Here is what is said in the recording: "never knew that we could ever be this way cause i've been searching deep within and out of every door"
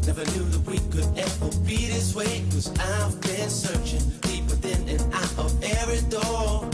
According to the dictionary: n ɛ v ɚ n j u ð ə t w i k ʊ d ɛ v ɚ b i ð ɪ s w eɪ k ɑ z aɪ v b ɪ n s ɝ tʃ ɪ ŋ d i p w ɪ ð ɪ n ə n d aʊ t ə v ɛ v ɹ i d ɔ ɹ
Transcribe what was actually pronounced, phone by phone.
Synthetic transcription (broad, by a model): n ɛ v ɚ n j u ð ə t w i k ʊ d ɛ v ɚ b i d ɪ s w eɪ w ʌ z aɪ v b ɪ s ɝ tʃ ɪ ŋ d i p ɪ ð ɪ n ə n aʊ t ə v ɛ ɹ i d ɔ ɹ